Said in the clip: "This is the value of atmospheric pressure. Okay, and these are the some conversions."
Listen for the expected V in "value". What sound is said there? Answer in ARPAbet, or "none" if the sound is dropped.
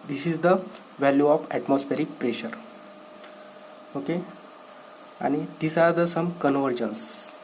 V